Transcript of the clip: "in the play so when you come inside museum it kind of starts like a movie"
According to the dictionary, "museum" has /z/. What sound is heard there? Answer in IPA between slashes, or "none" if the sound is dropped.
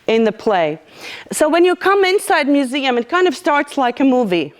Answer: /z/